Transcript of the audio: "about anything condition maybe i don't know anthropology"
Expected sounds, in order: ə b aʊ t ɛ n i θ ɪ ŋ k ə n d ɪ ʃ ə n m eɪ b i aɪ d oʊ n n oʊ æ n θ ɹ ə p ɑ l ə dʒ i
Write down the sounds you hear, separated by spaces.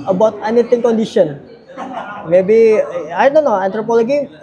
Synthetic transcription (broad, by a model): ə b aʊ t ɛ n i t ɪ ŋ k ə n d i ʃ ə n m eɪ b i aɪ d oʊ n n oʊ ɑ n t ɹ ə p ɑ l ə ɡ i